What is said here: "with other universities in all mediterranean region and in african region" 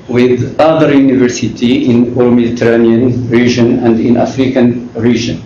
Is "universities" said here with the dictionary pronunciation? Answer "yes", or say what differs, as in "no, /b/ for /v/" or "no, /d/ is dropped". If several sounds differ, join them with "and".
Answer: no, /z/ is dropped